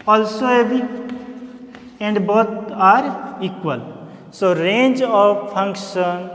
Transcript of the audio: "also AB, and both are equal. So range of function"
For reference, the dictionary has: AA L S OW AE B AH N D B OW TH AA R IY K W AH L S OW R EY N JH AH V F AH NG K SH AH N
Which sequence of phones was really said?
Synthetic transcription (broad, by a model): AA L S OW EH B AH N D B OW T AA R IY K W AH L S OW R EY N JH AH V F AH NG K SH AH N